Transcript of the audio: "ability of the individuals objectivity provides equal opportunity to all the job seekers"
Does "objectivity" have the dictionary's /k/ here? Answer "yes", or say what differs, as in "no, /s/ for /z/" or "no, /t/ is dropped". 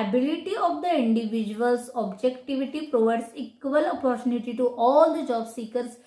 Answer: yes